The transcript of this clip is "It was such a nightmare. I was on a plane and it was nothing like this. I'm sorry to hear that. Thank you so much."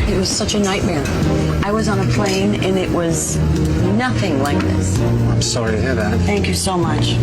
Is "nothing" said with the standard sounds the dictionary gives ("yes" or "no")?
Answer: yes